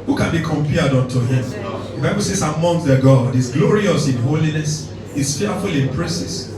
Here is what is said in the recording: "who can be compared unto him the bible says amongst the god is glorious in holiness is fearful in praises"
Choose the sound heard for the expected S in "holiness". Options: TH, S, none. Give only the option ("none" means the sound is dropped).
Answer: S